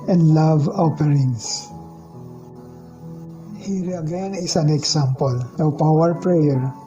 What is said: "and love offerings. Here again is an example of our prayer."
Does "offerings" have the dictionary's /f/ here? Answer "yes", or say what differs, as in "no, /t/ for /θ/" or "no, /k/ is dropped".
no, /p/ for /f/